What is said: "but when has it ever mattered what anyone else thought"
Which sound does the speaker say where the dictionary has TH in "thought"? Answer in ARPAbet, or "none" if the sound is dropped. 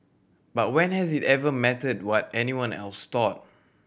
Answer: T